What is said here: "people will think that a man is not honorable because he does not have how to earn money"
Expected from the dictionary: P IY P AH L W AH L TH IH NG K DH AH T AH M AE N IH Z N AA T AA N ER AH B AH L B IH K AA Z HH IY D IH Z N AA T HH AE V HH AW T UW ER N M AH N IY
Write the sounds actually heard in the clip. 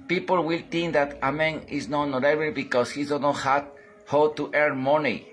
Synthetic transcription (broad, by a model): P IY P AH L W AH L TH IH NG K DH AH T AH M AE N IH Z N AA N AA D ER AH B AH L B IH K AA S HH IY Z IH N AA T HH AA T HH AW T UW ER M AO N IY